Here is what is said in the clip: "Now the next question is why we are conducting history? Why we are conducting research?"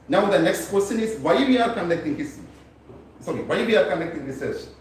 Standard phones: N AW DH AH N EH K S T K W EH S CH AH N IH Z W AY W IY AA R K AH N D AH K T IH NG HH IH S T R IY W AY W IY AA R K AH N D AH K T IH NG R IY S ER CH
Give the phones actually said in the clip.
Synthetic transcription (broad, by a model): N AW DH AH N EH K S T K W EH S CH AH N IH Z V AY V IY AA R K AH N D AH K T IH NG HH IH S S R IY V AY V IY AA R K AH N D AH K T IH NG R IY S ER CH